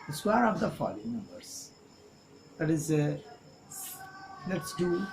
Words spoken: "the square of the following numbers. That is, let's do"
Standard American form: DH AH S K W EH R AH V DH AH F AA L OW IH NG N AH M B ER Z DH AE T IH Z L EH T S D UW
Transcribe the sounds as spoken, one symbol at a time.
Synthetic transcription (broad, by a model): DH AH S W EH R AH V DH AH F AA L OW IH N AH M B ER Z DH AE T IH Z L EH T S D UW